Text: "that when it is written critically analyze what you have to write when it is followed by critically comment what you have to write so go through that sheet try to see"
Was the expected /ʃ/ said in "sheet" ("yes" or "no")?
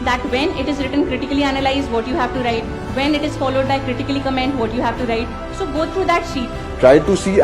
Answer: yes